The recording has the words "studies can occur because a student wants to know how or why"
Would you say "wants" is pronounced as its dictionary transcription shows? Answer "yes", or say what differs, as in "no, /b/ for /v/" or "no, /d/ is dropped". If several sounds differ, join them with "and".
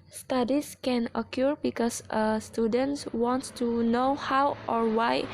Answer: no, /s/ is dropped